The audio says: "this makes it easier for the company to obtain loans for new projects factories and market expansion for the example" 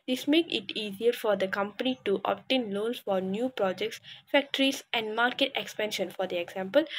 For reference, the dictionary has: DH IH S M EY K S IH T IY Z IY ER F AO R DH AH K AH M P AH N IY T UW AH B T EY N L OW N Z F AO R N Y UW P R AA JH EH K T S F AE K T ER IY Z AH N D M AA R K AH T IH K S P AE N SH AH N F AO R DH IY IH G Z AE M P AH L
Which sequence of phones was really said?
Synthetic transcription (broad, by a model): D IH S M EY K IH T IY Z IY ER F AO R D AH K AH M P AH N IY T UW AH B T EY N L OW N S F AO R N Y UW P R AA JH EH K T S F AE K T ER IY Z AH N D M AA R K AH T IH K S P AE N SH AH N F AO R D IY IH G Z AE M P AH L